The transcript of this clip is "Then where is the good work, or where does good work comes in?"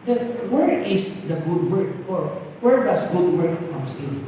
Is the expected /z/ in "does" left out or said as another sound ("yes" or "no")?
yes